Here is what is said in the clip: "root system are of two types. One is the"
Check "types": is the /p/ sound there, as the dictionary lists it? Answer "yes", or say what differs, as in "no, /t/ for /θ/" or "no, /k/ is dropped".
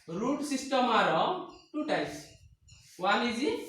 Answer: no, /p/ is dropped